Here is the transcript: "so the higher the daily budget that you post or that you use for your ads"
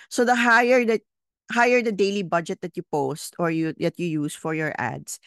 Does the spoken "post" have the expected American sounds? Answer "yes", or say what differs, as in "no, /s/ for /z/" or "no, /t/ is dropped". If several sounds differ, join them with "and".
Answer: yes